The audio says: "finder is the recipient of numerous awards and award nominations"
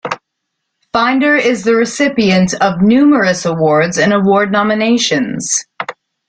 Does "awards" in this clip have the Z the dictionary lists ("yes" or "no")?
yes